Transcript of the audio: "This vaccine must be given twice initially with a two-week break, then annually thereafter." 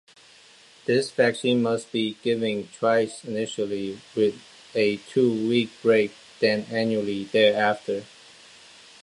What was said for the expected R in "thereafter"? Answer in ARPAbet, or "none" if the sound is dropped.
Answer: R